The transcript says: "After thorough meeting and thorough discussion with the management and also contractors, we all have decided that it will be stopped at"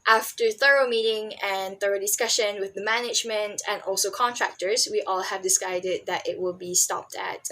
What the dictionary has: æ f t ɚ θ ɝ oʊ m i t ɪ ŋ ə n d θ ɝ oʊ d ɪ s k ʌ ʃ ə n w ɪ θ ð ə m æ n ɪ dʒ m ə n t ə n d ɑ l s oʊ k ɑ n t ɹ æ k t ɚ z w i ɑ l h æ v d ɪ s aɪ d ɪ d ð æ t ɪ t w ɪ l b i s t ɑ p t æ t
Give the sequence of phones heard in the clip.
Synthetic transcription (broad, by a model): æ f t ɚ θ ɝ oʊ m i t ɪ ŋ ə n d θ ɝ oʊ d ɪ s k ʌ ʃ ə n w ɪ ð ə m æ n ɪ dʒ m ə n t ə n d ɑ l s oʊ k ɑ n t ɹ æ k t ɚ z w i ɑ l h æ v d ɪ s aɪ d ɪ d ð æ t ɪ t w ɪ l b i s t ɑ p t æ t